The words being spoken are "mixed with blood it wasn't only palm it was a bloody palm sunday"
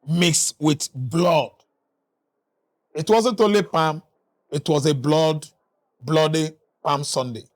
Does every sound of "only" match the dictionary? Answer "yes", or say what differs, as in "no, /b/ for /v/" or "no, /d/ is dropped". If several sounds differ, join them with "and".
no, /n/ is dropped